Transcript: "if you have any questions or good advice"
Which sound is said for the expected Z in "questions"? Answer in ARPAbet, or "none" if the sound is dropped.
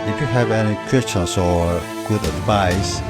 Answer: S